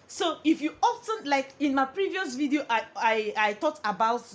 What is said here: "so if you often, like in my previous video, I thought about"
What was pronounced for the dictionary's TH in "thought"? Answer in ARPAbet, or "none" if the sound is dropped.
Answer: T